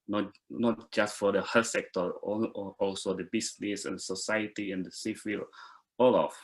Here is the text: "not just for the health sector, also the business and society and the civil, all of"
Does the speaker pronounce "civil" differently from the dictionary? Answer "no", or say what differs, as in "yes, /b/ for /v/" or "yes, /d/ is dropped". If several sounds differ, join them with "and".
yes, /f/ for /v/